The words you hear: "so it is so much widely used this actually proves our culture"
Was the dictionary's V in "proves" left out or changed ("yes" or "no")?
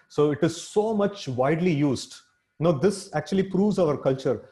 no